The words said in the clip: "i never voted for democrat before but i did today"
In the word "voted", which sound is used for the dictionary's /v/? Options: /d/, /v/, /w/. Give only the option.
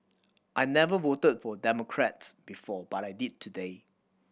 /w/